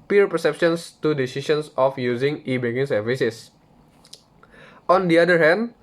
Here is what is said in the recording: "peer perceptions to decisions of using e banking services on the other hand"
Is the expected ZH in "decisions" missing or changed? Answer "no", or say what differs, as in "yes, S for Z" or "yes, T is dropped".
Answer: yes, S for ZH